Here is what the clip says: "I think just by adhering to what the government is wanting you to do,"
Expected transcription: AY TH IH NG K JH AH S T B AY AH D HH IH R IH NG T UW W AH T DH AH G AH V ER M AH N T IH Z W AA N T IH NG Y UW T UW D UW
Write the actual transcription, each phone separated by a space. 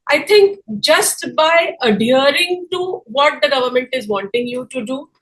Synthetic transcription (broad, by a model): AY T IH NG K JH AH S T B AY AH D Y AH R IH NG T UW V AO T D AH G AH V ER M AH N T IH Z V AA N T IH NG Y UW T UW D UW